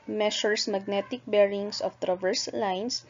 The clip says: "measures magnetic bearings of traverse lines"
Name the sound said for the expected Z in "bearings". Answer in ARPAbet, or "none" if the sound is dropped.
S